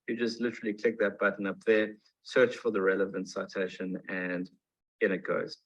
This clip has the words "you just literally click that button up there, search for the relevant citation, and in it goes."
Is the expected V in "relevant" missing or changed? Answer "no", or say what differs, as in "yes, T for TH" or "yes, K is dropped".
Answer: no